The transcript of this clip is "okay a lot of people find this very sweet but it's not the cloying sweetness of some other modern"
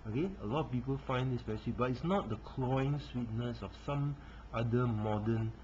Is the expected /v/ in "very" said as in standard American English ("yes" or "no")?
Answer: no